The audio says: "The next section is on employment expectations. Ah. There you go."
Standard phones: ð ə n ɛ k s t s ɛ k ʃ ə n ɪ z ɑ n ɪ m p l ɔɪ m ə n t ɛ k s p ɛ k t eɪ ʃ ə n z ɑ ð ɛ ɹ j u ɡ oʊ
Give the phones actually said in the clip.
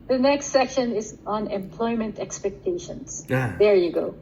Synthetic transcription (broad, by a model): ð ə n ɛ k s t s ɛ k ʃ ə n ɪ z ɑ n ɪ m p l ɔɪ m ə n t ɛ k s p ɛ k t eɪ ʃ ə n s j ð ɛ ɹ j u ɡ oʊ